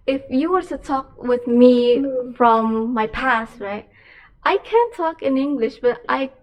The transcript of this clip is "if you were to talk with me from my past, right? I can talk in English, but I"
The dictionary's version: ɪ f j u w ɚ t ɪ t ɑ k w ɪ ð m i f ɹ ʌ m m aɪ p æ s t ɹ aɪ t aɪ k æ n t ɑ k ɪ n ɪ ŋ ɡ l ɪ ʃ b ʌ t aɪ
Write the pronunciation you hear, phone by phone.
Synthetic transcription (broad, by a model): ɪ f j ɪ w ɚ t ɪ t ɑ k w ɪ ð m i f ɹ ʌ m m aɪ p æ s t ɹ aɪ t aɪ k æ n t ɑ k ɪ n ɪ ŋ ɡ l ɪ ʃ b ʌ t aɪ